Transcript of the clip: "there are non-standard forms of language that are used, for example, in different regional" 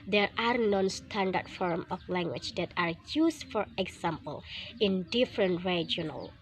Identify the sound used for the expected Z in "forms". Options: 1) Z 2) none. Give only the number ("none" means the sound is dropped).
2